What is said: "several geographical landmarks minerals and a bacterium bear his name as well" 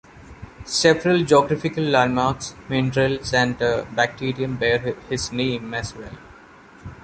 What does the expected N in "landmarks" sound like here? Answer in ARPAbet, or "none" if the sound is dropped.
none